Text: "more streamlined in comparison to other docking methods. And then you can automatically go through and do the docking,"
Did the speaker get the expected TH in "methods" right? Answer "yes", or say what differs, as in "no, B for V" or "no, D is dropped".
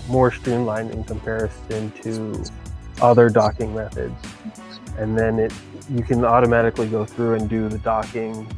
yes